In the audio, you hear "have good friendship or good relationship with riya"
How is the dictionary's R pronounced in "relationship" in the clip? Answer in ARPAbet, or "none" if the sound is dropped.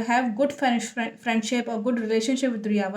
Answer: R